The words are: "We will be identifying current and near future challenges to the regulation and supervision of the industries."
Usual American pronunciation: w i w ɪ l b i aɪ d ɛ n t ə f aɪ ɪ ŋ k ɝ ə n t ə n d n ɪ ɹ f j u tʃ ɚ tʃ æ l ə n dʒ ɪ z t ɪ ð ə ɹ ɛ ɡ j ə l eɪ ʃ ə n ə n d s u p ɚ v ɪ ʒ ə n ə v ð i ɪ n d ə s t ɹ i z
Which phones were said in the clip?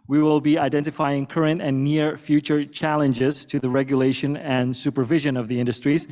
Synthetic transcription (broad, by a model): w i w ɪ l b i aɪ d ɛ n t ə f aɪ ɪ ŋ k ɝ ə n t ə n n ɪ ɹ f j u tʃ ɚ tʃ æ l ə n dʒ ɪ z t ɪ ð ə ɹ ɛ ɡ j ə l eɪ ʃ ə n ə n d s u p ɚ v ɪ ʒ ə n ə v ð i ɪ n d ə s t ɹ i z